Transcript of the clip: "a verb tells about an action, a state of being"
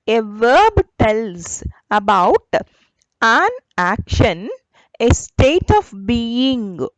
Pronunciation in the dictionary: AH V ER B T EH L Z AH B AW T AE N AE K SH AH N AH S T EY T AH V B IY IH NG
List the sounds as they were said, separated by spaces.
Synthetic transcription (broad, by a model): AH V ER B T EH L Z AH B AW T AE N AE K SH AH N AH S T EY T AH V B IY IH NG